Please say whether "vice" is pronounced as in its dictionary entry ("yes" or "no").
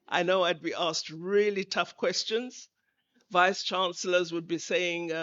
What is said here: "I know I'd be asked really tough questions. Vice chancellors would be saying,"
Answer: yes